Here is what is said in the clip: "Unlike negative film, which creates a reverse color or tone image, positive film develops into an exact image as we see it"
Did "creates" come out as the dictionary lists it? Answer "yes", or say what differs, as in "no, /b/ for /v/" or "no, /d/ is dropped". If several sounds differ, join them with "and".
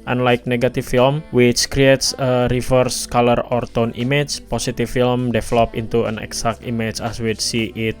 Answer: yes